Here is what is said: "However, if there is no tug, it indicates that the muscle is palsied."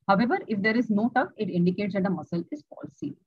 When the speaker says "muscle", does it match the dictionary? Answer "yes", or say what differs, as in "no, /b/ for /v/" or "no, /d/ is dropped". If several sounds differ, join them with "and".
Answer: yes